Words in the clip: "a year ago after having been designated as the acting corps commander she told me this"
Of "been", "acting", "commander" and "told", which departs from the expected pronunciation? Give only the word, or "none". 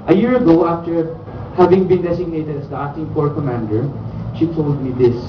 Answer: acting